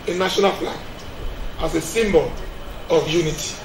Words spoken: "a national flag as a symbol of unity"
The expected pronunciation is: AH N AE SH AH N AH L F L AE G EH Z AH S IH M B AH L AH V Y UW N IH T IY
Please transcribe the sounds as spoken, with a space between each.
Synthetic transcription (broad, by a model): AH N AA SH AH N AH L P L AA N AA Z AH S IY M B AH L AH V Y UW N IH T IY